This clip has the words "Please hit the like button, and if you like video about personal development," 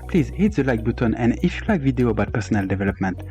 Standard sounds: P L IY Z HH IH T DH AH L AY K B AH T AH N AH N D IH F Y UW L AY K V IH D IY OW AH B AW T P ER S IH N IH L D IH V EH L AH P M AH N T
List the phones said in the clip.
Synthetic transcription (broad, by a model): P L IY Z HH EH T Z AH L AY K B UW T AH N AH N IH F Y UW L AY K V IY D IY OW B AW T P ER S IH N IH L D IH V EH L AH P M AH N T